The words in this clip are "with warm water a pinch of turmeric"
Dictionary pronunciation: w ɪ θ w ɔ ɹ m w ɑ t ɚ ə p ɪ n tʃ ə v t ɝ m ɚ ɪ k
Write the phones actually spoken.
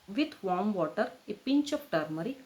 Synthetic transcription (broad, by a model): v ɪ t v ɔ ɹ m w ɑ t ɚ ə p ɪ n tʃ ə p t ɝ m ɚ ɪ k